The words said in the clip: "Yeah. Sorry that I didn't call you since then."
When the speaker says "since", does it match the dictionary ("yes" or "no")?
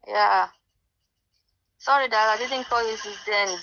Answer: no